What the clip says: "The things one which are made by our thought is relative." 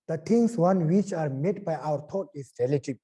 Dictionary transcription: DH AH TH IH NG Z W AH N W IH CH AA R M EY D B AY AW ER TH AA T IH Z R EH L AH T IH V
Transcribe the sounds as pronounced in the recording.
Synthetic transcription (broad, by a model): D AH T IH NG S W AH N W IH CH AA R M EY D B AY AW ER T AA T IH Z R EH L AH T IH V